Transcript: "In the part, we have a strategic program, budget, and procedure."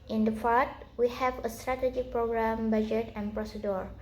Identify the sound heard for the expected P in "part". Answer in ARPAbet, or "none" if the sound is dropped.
F